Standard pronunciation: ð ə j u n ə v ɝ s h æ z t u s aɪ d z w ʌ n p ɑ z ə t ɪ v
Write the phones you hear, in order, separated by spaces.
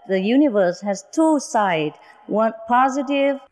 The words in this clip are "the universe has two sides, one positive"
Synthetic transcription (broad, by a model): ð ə j u n ə v ɝ s h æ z t u s aɪ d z w ʌ n p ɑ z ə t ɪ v